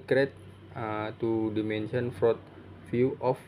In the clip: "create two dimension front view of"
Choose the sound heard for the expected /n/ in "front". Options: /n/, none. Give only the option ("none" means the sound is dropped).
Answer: none